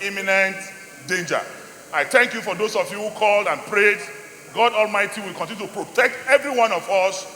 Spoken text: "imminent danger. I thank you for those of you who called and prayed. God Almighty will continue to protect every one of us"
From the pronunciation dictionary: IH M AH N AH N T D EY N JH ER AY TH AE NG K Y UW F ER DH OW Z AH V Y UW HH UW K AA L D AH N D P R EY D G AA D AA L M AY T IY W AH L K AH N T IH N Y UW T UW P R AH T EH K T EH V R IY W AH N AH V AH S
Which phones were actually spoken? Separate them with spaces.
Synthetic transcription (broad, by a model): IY M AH N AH N T D EY N JH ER AY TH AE NG K Y UW F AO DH OW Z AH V Y UW HH UW K AA L D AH N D P R EY D G AA D AA L M AY T IY W AH L K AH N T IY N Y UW T UW P R AH T EH K T EH V R IY W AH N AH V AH S